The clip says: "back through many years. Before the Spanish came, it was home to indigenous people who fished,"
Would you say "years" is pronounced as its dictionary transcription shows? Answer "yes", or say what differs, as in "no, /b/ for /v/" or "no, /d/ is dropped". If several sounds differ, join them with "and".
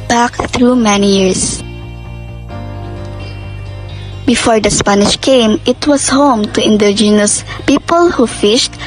no, /s/ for /z/